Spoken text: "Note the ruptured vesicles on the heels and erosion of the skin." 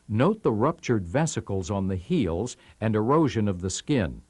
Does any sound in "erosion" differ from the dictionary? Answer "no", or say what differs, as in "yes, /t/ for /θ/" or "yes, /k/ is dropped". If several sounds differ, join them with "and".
no